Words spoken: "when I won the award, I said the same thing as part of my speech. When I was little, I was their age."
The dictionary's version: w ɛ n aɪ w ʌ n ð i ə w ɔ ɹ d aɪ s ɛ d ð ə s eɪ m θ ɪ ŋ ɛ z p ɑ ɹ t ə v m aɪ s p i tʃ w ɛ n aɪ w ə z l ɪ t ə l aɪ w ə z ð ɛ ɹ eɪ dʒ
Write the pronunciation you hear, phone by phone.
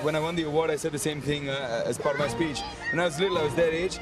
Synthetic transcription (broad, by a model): w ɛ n aɪ w ʌ n ð i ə w ɔ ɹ d aɪ s ɛ d ð ə s eɪ m θ ɪ ŋ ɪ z p ɑ ɹ t ə v m aɪ s p i tʃ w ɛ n aɪ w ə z l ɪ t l aɪ w ə z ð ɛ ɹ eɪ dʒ